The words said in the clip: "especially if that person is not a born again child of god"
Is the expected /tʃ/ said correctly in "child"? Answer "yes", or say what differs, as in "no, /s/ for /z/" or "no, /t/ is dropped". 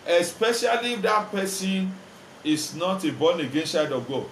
no, /ʃ/ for /tʃ/